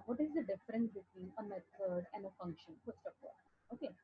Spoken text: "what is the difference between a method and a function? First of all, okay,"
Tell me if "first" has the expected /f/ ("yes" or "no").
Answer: no